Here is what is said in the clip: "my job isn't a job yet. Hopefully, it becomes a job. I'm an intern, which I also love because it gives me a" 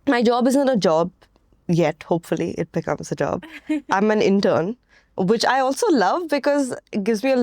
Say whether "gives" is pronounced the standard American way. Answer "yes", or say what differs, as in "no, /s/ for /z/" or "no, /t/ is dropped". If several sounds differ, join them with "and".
yes